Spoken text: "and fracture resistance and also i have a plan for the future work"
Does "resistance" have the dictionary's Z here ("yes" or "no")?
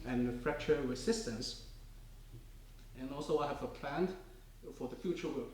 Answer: no